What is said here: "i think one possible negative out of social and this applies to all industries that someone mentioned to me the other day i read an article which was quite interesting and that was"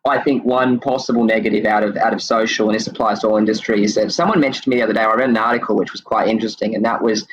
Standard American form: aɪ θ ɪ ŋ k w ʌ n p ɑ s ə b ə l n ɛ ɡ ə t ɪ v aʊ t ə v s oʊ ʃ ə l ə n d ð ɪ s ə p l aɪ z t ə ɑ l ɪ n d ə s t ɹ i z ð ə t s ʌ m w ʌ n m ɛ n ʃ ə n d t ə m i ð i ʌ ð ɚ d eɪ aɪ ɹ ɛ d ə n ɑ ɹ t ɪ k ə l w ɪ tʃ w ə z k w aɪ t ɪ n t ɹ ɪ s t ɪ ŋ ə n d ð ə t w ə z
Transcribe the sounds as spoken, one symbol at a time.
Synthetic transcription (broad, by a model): aɪ θ ɪ ŋ k w ʌ n p ɑ s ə b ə l n ɛ ɡ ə t ɪ v aʊ t ə v s oʊ ʃ l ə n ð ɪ s ə p l aɪ z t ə ɑ l ɪ n d ə s t ɹ i z ð ə t s ʌ m w ʌ n m ɛ n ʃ n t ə m i ð i ʌ ð ɚ d eɪ aɪ ɹ ɛ d n ɑ ɹ t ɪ k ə l w ɪ tʃ w ə z k w aɪ t ɪ n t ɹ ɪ s t ɪ ŋ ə n ð ə t w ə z